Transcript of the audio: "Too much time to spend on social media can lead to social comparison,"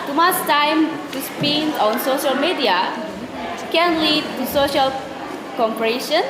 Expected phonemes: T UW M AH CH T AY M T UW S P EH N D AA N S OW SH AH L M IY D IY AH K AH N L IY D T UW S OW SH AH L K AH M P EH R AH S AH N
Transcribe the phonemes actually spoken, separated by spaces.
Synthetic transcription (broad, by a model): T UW M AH S T AY M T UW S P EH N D AA N S OW SH AH L M IY D IY AH K AH N L IY D T UW S OW SH AH L K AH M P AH R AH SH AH N